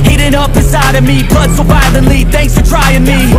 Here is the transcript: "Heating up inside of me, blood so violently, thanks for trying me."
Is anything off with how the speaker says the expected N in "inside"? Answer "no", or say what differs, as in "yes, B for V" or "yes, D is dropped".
yes, N is dropped